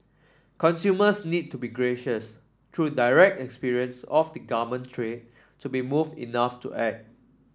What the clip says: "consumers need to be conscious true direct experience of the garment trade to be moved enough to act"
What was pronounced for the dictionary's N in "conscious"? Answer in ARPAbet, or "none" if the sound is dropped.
none